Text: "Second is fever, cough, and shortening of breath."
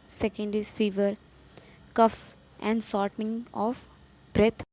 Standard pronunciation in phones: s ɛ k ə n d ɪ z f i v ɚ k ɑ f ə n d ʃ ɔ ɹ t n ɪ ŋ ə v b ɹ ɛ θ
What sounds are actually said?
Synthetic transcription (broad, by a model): s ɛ k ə n d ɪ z f i v ɚ k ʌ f ə n d s ɔ ɹ t n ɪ ŋ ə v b ɹ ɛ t